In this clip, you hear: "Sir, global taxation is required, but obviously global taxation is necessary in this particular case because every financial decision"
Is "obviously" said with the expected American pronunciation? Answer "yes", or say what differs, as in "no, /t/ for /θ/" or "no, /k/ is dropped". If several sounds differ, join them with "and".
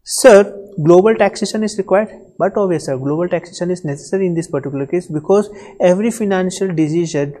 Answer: no, /l/ is dropped